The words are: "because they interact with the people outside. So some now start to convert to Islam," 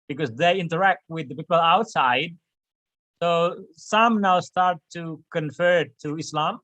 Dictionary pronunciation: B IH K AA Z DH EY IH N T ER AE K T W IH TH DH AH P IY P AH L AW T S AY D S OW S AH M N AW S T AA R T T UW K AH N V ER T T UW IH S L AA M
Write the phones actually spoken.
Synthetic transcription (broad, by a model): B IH K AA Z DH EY IH N T ER AE K T W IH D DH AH P IY P AH L AW T S AY D S OW S AH M N AW S T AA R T T UW K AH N F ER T T UW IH S L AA M